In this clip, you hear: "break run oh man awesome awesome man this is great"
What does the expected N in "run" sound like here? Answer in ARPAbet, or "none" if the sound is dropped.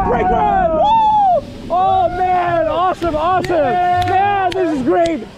none